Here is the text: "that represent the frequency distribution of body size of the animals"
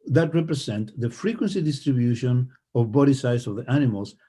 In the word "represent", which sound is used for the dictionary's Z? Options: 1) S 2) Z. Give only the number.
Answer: 1